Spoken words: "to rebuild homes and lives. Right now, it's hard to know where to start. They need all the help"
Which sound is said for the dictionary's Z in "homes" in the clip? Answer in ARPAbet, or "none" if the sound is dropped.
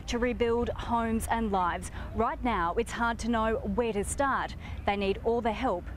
Z